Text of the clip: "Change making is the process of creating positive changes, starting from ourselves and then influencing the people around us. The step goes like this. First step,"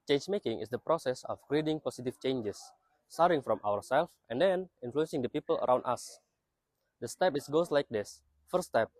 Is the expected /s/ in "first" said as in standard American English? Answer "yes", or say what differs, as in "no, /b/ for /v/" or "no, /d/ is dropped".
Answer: no, /s/ is dropped